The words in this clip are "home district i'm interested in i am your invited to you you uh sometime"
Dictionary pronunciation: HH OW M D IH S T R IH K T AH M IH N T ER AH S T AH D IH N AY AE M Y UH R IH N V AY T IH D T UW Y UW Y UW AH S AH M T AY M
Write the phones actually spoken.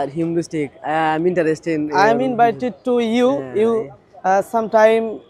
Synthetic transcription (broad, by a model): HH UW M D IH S T IH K AH M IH N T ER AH S T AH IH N AY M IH N B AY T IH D T UW Y UW Y UW S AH M T AY M